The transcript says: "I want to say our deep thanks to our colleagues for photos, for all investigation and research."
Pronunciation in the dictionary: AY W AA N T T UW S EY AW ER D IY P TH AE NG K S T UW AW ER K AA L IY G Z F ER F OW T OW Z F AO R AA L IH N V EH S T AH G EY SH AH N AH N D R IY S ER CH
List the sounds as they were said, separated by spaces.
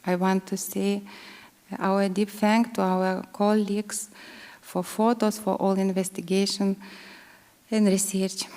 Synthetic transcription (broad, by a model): AY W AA N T T UW S EY AW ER D IY P F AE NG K T UW AW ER K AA L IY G S F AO F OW T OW S F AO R AA L IH N V EH S T AH G EY SH AH N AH N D R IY S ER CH